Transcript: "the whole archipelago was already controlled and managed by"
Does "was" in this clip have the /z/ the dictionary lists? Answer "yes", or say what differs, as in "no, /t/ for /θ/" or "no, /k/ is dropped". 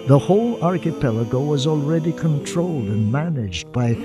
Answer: yes